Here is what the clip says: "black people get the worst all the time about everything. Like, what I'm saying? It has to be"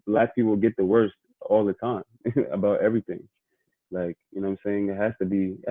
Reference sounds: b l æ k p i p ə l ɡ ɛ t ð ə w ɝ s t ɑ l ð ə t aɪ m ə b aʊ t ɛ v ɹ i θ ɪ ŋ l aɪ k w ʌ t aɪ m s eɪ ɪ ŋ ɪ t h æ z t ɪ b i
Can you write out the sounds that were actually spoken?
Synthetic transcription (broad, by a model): l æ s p i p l ɡ ɛ t ð ə w ɝ s t ɑ l ð ə t aɪ m ə b aʊ t ɛ v ɹ i θ ɪ ŋ l aɪ k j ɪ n aɪ m s eɪ ɪ ŋ ɪ t h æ s t ɪ b i